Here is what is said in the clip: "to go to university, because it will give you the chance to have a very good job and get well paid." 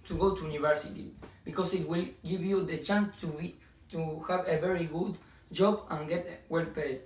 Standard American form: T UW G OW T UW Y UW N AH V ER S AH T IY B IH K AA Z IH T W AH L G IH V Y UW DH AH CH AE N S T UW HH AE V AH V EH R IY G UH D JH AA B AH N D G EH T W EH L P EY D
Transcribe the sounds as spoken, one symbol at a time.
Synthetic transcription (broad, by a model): T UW G OW T UW Y UW N AH V ER S AH T IY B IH K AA S IH T W AH L G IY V Y UW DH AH CH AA N S T UW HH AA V AH V EH R IY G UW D JH AA B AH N G EH T W EH L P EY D